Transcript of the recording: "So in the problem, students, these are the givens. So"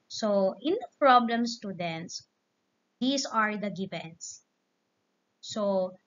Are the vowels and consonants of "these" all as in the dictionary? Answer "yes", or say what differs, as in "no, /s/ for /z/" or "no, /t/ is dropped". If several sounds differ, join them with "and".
no, /s/ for /z/